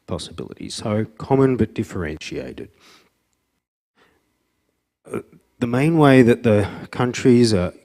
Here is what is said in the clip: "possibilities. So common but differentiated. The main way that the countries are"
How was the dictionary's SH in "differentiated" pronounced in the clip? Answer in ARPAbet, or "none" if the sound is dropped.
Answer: SH